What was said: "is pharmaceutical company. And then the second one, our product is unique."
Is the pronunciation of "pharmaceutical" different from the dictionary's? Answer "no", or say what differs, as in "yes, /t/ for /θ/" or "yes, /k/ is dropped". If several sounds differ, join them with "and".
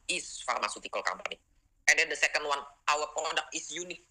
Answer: no